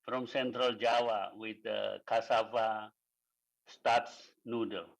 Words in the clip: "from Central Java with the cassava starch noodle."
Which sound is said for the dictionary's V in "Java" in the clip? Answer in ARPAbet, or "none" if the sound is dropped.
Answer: W